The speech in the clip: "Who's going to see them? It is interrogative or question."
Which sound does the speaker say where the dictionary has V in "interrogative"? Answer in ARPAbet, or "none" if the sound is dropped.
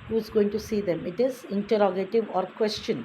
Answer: V